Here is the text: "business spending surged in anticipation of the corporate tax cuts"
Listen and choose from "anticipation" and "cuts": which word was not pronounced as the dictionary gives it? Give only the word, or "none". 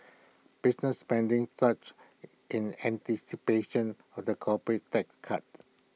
cuts